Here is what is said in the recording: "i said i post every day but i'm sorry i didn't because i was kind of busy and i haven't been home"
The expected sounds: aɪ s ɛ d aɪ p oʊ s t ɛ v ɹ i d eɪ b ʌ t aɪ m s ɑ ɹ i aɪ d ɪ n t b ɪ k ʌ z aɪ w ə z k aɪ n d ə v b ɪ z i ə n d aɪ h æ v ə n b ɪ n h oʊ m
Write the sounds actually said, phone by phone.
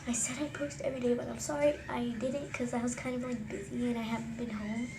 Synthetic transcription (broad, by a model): aɪ s ɛ d aɪ p oʊ s t ɛ v ɹ i d eɪ b ʌ t aɪ m s ɑ ɹ i aɪ d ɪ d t k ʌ z aɪ w ə z k aɪ n d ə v b ɪ z i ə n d aɪ h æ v n b ɪ n h oʊ m